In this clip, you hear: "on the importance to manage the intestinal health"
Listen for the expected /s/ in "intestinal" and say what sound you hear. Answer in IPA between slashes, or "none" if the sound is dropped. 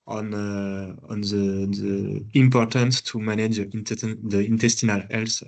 /s/